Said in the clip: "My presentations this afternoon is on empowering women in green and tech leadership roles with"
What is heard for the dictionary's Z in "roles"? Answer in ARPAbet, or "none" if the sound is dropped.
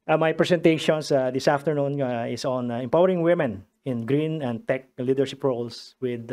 S